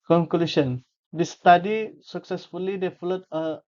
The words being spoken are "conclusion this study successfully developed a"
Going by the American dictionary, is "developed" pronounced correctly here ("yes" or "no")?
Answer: no